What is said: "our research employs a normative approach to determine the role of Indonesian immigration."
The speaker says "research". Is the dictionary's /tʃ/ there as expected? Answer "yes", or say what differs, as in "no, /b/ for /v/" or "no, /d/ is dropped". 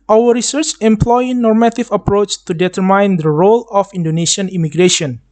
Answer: yes